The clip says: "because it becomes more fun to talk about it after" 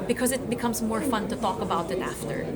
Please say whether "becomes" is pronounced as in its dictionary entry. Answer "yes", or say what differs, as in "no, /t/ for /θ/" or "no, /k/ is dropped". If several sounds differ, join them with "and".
yes